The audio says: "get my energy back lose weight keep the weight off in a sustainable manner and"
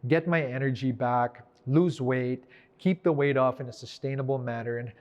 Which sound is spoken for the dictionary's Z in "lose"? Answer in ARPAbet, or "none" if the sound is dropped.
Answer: Z